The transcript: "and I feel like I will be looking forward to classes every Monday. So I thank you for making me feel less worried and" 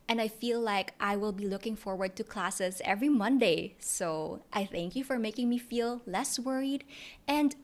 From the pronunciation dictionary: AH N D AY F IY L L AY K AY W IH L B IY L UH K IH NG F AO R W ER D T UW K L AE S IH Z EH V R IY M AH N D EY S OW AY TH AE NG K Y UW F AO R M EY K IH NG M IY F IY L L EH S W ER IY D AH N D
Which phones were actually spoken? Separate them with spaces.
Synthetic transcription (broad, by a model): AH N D AY F IY L L AY K AY W IH L B IY L UH K IH NG F AO R W ER D T UW K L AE S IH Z EH V R IY M AH N D EY S OW AY TH AE NG K Y UW F AO R M EY K IH NG M IY F IY L L EH S W ER IY D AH N D